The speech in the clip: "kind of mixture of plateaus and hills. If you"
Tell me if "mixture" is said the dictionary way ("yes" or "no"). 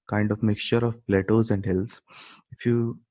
yes